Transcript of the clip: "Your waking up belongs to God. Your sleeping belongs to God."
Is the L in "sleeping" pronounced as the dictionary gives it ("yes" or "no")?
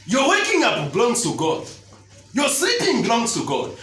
no